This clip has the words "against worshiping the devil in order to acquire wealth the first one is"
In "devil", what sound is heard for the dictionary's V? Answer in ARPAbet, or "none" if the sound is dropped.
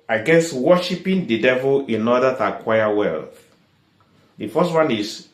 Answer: V